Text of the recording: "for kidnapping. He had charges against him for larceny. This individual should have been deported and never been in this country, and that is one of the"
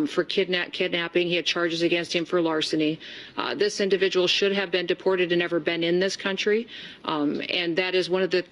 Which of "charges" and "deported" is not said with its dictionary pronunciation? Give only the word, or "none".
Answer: none